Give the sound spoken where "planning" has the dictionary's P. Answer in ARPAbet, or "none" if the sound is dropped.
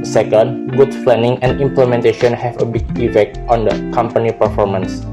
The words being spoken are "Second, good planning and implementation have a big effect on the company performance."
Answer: F